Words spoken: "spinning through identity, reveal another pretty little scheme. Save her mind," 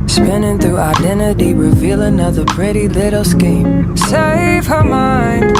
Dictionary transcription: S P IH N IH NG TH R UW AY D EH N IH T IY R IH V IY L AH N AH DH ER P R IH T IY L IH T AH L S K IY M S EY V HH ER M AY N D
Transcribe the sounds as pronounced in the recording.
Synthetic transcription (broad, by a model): S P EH N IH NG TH UW AY D EH N IH T IY R IH V IY L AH N AH DH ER P R IH T IY L IH T L S K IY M S EY V HH ER M AY N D